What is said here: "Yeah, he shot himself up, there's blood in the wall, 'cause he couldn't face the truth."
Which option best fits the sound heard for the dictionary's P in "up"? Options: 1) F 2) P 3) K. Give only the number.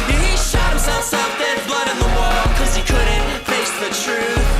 1